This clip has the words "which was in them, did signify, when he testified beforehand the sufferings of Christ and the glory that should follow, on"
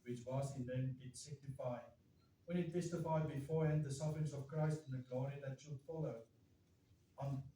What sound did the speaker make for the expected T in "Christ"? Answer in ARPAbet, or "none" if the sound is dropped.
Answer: T